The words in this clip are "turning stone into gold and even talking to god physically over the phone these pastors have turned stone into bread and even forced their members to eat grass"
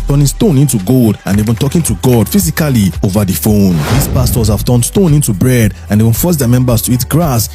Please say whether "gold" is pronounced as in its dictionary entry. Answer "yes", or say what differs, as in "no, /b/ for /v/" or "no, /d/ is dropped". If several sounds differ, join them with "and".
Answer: yes